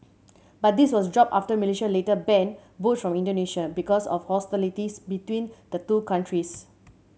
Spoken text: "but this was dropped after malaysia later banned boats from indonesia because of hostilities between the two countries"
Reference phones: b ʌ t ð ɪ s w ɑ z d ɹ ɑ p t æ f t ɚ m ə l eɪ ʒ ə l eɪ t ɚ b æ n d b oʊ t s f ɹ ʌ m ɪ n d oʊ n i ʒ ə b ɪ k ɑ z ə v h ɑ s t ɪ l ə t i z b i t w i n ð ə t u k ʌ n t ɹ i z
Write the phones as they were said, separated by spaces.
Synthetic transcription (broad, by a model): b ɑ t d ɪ s w ɑ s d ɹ ɑ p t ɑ f t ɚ m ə l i ʃ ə l eɪ t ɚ b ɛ n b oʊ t f ɹ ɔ m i n d oʊ n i ʃ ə b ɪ k ɑ s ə f h ɑ s t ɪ l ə t i s b i t w i n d ə t u k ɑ n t ɹ i s